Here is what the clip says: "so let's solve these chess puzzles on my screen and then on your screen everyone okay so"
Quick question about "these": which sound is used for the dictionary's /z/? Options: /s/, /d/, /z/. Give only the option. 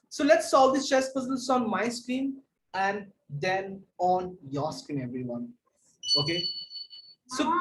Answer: /s/